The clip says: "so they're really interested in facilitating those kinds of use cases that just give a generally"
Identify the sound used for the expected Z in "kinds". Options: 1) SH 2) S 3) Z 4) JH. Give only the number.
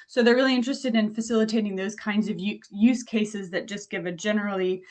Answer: 3